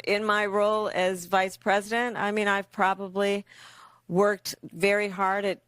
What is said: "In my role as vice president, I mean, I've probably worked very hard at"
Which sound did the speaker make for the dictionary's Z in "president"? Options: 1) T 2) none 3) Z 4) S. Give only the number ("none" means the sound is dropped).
3